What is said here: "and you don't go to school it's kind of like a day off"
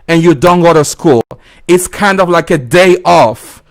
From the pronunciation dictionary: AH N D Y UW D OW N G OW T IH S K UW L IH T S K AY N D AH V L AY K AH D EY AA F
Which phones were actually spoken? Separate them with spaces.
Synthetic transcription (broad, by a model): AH N Y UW D OW N G OW T IH S K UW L IH T S K AY N D AH V L AY K AH D EY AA F